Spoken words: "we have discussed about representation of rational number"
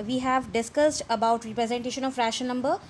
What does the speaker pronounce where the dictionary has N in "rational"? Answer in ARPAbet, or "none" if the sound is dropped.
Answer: none